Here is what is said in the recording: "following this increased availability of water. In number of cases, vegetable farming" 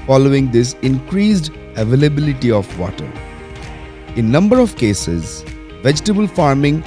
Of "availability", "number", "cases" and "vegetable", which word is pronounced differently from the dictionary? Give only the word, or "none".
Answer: none